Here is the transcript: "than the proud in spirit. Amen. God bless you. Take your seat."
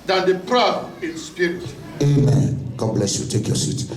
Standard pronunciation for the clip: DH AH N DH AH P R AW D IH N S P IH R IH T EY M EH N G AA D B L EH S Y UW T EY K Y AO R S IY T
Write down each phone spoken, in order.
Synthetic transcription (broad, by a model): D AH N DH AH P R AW IH N S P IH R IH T EY M EH N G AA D B L EH S Y UW T EY K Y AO S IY T